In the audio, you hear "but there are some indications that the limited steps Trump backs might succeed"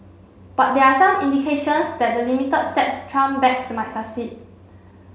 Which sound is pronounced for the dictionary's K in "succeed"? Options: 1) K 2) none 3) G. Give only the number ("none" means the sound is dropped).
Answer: 2